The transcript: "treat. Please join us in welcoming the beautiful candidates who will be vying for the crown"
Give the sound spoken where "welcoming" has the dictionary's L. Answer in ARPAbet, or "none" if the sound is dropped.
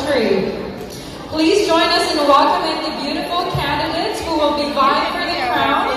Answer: none